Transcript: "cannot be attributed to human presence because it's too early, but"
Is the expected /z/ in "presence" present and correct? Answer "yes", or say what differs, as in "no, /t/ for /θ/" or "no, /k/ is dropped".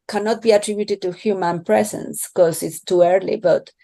no, /s/ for /z/